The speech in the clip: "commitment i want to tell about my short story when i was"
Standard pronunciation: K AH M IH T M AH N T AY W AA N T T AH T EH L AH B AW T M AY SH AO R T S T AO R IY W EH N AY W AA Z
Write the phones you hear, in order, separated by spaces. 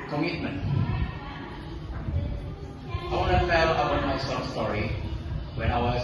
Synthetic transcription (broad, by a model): K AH M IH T M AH N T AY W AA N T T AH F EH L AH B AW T M AY S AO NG S T AO R IY W EH N AY W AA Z